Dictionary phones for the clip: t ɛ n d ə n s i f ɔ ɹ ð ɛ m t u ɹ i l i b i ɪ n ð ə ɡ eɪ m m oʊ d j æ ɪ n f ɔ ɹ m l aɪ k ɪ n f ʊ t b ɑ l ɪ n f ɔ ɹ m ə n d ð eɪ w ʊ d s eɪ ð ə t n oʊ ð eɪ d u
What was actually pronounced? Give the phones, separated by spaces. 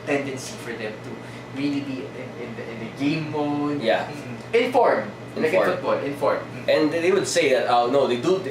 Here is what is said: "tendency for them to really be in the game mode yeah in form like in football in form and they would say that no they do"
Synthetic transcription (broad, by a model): t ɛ n d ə n s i f ɔ ɹ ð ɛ m t u ɹ i l i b i ɪ n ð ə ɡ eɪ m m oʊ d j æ ɪ n f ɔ ɹ m n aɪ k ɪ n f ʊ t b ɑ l ɪ n f ɔ ɹ m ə n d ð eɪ w ʊ d s eɪ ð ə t n oʊ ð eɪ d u